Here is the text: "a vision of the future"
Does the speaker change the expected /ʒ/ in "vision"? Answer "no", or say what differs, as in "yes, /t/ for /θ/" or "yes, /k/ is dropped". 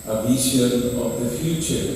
yes, /ʃ/ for /ʒ/